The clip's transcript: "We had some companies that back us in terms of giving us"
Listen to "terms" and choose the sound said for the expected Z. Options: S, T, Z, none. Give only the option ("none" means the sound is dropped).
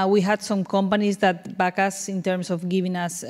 S